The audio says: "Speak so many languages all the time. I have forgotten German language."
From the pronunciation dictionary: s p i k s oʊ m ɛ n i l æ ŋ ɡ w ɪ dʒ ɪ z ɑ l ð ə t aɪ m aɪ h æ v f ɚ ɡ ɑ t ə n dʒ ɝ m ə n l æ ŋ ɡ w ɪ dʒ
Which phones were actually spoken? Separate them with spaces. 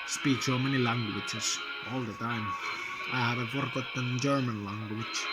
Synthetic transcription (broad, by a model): s p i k s oʊ m ɛ n i l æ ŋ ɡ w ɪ tʃ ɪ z ɑ l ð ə t aɪ m aɪ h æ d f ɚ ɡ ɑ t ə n dʒ ɝ m ə n l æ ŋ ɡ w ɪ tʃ